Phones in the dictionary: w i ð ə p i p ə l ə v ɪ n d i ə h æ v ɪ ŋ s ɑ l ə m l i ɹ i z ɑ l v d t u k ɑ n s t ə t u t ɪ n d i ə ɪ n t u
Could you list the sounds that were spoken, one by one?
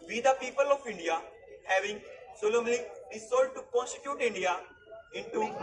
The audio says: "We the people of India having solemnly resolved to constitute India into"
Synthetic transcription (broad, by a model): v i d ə p i p ə l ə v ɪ n d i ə h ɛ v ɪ ŋ s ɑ l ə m l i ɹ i s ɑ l d t u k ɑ n s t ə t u t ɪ n d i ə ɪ n t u